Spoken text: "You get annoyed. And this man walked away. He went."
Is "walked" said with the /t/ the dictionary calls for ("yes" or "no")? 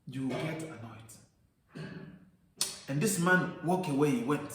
no